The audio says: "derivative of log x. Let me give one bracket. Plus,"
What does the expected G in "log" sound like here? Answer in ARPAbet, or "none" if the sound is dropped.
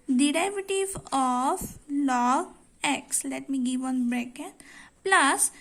none